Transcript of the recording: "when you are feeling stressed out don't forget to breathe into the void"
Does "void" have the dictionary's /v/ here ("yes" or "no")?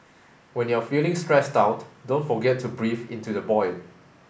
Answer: no